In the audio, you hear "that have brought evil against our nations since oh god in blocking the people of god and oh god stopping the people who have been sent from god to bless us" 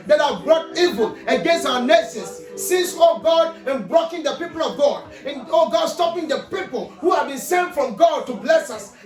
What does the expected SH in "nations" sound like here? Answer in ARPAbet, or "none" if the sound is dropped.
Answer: S